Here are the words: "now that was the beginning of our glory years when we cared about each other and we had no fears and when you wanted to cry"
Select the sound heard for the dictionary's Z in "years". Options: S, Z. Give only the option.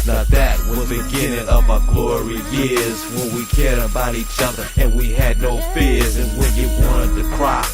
Z